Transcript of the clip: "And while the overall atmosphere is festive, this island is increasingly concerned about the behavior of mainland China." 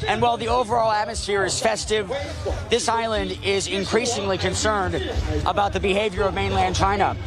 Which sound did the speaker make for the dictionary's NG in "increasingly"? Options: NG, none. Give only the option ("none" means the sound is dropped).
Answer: NG